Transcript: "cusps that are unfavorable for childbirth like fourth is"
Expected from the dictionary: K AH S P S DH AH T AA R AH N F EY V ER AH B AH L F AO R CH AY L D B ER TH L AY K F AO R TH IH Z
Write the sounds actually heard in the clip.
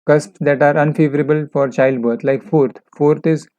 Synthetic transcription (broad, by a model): K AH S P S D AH T AA R AH N F EY V ER AH B AH L F AO R CH AY L D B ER T L AY K F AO R F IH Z